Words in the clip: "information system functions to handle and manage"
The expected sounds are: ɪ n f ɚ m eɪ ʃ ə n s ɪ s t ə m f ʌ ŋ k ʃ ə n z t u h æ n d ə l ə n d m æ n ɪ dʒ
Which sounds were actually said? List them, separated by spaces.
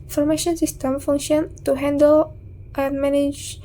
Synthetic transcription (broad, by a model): f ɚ m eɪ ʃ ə n s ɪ s t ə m f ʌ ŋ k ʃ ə n t u h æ n d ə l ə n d m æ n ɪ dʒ